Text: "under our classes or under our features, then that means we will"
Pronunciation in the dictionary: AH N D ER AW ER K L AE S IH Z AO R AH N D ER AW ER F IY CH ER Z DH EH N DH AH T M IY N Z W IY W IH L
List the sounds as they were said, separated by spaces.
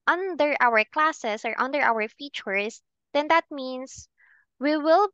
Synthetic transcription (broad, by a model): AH N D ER AW ER K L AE S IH S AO R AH N D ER AW ER F IY CH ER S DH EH N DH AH T M IY N S W IY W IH L